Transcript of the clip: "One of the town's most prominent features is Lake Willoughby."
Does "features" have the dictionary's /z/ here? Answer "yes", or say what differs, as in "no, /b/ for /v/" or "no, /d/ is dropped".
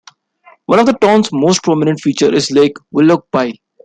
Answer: no, /z/ is dropped